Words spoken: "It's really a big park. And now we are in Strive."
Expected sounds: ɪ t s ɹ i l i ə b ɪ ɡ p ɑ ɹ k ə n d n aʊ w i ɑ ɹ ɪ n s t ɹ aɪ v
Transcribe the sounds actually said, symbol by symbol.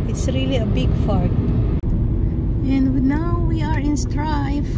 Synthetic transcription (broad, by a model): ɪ t s ɹ i l i ə b ɪ ɡ f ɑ ɹ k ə n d n aʊ w i ɑ ɹ ɪ n s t ɹ aɪ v